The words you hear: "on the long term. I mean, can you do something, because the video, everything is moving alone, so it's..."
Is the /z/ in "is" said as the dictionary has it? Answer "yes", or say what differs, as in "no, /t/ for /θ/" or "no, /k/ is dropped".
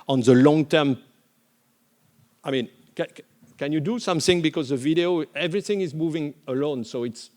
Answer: yes